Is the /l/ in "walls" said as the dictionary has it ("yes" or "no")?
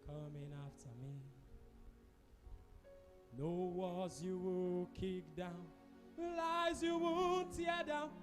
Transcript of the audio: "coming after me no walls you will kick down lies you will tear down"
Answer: no